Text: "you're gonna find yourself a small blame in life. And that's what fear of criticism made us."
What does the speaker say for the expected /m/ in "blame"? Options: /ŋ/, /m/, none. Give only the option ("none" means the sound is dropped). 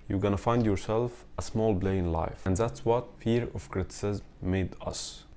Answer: none